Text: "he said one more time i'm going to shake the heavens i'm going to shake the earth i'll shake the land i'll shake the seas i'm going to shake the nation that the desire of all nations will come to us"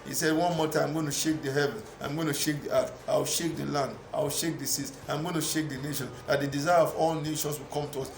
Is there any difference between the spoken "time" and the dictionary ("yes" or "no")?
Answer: yes